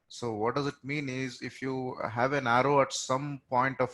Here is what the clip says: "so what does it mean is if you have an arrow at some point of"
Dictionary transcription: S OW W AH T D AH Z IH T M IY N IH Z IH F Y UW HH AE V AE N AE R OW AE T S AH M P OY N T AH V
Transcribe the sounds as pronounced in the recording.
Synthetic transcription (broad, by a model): S OW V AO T D AH Z IH T M IY N IH Z IH F Y UW HH AE V AE N AE R OW AE T S AH M P OY N T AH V